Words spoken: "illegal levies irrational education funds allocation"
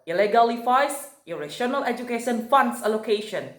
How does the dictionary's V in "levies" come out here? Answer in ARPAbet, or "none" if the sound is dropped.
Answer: F